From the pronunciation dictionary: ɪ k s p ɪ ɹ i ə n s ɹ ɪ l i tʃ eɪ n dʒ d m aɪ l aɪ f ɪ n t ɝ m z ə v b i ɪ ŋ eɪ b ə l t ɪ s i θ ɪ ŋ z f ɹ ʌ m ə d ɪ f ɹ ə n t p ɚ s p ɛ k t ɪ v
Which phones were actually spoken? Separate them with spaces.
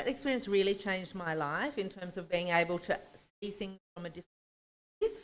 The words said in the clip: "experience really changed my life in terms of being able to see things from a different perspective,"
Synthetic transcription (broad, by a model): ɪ k s p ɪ ɹ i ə n s ɹ ɪ l i tʃ eɪ n dʒ d m aɪ l aɪ f ɪ n t ɝ m z ə v b i ɪ ŋ eɪ b ə l t ɪ s i θ ɪ ŋ z f ɹ ʌ m ə d ɪ f ɹ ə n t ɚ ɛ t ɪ